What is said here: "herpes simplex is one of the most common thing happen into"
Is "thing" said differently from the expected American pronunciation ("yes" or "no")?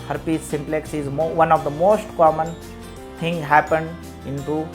yes